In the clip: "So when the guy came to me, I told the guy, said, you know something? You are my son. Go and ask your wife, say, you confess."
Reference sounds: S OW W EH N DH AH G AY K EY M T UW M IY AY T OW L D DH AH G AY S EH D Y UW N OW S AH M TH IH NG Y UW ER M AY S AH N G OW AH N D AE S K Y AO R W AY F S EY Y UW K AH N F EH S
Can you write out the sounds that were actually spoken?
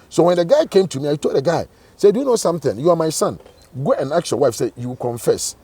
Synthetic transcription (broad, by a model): S OW W EH N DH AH G AY K EY M T UW M IY AY T OW L D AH G AY S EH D Y UW N OW S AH M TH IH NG Y UW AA M AY S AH N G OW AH N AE K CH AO W AY F S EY Y UW K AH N F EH S